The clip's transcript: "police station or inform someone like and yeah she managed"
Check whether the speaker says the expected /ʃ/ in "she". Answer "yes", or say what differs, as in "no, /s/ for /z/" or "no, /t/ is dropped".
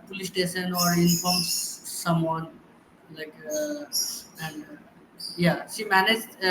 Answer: no, /s/ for /ʃ/